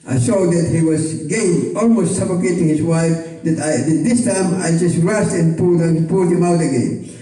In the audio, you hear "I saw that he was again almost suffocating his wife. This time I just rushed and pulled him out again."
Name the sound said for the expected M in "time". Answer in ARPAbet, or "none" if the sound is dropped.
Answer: M